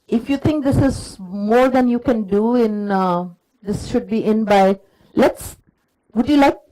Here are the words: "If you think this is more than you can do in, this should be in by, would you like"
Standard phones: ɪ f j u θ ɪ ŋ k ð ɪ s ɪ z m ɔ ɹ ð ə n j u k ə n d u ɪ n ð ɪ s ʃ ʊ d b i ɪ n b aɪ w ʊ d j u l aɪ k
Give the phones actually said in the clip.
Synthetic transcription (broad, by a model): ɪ f j u t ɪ ŋ k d ɪ s ɪ z m ɔ ɹ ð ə n j u k ə n d u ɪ n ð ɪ s ʃ ʊ d b i ɪ n b aɪ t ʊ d j u l aɪ k